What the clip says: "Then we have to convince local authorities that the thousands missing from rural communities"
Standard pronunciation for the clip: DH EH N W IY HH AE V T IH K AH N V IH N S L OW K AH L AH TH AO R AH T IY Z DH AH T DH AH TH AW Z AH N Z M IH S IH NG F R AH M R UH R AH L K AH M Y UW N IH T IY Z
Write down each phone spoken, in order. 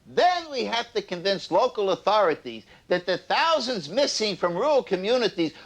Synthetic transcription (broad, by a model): DH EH N W IY HH AE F T IH K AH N V IH N S L OW K L AH TH AO R AH T IY Z DH AH T DH AH TH AW Z AH N Z M IH S IH NG F R AH M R R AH L K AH M Y UW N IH T IY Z